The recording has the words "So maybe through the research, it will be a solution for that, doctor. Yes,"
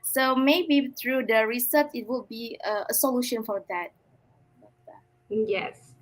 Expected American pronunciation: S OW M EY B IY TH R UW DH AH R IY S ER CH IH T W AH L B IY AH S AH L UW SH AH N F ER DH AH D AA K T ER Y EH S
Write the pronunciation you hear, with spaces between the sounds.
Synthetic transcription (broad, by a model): S OW M EY B IY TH R UW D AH R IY S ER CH IH T W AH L B IY AH S AH L UW SH AH N F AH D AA T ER Y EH S